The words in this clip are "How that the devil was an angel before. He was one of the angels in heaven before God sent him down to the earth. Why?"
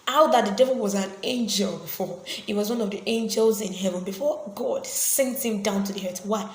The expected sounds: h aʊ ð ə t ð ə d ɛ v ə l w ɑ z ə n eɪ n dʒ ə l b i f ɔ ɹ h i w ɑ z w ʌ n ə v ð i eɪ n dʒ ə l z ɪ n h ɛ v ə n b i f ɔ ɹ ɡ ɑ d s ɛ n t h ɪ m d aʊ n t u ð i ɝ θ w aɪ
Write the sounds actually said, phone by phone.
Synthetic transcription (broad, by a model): aʊ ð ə t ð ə d ɛ v ə l w ɑ z ə n eɪ n dʒ ə l b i f ɔ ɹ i w ɑ z w ʌ n ə v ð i eɪ n dʒ ə l z ɪ n h ɛ v ə n b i f ɔ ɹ ɡ ɑ d s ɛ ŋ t h ɪ m d aʊ n t u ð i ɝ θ w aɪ